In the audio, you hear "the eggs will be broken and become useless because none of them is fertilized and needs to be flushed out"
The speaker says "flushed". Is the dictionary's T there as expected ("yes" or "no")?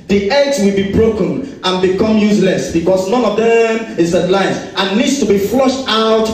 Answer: yes